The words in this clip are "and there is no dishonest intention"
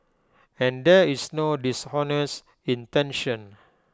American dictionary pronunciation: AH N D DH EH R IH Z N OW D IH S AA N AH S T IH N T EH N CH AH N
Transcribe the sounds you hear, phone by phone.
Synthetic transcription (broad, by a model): AH N D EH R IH S N OW D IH S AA N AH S IH N T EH N SH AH N